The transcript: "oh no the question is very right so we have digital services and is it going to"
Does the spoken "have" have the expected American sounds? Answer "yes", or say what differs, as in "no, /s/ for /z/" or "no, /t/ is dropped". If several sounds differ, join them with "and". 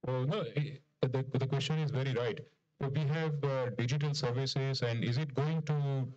yes